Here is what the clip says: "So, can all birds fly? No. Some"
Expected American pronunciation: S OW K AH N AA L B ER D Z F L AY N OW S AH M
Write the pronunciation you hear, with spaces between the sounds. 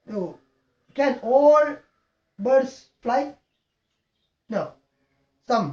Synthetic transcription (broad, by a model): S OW K AH N AA L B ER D S F L AY N OW S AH M